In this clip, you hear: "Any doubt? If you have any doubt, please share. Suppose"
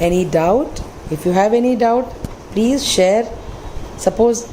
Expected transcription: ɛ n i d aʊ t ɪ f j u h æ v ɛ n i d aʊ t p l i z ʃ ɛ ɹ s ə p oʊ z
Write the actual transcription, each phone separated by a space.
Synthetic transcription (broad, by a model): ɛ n i d aʊ t ɪ f j u h æ v ɛ n i d aʊ t p l i z ʃ ɛ ɹ s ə p oʊ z